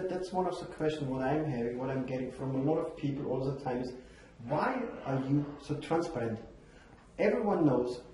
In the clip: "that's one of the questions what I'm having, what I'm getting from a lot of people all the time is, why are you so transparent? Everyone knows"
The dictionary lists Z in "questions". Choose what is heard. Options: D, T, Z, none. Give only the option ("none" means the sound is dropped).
none